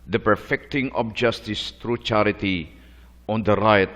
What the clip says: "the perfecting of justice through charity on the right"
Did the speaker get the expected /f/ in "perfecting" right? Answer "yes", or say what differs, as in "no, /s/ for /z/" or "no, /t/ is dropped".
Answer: yes